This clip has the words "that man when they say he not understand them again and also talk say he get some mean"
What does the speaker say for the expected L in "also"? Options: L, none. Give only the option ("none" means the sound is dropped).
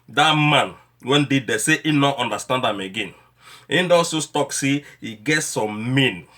none